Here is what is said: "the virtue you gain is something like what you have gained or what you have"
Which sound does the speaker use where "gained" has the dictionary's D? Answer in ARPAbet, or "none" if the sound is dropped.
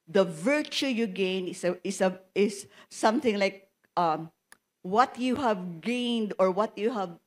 D